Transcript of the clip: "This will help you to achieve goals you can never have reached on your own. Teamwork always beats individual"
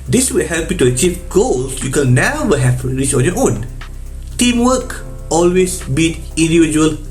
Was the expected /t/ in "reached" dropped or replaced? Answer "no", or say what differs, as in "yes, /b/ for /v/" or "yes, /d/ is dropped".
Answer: yes, /t/ is dropped